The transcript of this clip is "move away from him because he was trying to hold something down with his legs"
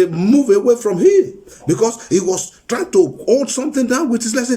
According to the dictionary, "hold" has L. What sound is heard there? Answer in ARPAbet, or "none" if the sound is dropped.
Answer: none